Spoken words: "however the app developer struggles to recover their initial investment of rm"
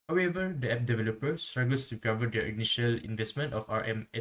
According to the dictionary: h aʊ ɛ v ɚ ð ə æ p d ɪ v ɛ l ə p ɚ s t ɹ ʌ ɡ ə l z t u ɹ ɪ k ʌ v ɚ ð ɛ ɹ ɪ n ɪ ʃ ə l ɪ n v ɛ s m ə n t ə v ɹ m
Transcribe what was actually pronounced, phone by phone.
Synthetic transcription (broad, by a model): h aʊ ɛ v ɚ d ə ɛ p d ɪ v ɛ l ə p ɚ s t ɹ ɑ ɡ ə l s t u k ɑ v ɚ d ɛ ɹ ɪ n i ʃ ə l ɪ n v ɛ s m ə n t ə f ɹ m